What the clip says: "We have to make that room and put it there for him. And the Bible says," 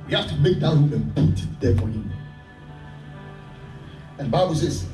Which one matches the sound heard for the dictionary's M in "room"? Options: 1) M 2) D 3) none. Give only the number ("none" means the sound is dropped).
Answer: 3